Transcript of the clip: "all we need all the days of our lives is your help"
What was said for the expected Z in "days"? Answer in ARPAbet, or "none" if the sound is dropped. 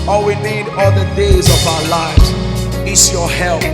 Z